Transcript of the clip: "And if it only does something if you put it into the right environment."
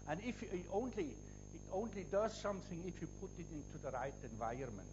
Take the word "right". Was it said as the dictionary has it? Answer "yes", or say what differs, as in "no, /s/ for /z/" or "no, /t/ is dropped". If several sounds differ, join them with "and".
yes